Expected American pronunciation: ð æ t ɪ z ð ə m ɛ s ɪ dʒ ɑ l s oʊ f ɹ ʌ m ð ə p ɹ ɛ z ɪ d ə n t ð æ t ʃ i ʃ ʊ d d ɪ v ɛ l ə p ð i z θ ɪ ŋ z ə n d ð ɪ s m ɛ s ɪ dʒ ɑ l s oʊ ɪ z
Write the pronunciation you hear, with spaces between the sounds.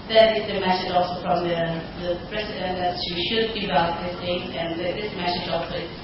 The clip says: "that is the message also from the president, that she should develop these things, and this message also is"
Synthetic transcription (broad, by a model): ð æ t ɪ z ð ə m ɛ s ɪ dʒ ɑ l s oʊ f ɹ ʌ m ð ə p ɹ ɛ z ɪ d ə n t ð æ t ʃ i ʃ ʊ d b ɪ b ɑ ə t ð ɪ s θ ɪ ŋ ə n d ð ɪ s m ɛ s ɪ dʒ ɑ l s oʊ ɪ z